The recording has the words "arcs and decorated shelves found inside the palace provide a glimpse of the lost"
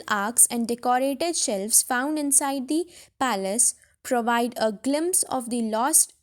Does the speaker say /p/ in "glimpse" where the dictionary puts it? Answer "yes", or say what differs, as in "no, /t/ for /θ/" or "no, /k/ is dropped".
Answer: yes